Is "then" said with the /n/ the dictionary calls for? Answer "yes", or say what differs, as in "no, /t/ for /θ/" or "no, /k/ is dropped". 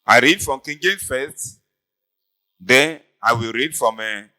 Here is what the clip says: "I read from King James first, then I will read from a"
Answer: no, /n/ is dropped